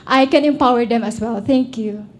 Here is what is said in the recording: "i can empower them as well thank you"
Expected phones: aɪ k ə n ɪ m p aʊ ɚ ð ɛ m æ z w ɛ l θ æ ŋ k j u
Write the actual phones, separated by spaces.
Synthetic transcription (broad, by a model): aɪ k ə n ɪ m p aʊ ɚ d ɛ m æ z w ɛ l t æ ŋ k j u